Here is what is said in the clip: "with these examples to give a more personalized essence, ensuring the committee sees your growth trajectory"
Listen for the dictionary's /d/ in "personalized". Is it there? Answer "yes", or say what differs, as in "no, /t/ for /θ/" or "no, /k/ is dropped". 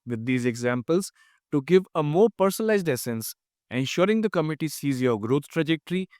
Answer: yes